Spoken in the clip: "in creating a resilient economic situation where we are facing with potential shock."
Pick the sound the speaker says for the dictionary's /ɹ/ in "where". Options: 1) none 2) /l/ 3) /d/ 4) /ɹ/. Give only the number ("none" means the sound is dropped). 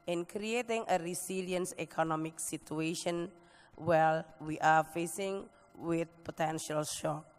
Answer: 2